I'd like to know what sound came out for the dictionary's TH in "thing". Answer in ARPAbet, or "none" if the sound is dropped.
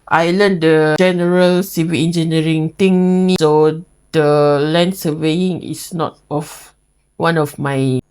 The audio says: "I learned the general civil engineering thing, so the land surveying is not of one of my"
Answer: T